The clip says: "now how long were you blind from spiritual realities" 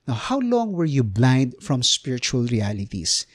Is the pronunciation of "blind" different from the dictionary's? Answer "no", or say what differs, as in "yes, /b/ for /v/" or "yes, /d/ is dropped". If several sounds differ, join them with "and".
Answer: no